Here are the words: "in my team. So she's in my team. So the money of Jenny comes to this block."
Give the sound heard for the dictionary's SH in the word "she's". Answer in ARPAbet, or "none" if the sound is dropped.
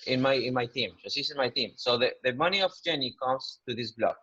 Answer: S